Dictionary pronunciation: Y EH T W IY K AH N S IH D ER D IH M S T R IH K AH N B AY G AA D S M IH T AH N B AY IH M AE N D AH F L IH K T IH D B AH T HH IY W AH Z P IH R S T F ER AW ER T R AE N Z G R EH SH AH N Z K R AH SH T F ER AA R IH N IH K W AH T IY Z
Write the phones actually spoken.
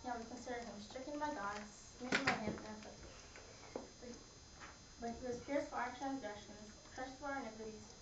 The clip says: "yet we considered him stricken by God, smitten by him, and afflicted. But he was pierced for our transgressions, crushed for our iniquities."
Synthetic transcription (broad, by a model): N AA W IY K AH N S IH D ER IH M S T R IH K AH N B AY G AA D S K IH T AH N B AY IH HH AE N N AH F IH T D B AH T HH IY W AH Z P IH R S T F ER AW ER T R AE N Z G R EH SH AH N Z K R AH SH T F ER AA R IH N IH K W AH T IY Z